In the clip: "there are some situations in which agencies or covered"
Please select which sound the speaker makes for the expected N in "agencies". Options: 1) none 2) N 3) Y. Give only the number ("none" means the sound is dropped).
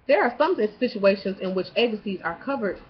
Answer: 1